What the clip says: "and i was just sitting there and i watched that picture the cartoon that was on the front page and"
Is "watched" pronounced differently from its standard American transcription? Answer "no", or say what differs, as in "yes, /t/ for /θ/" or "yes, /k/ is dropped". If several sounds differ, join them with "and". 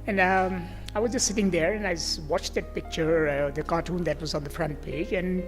no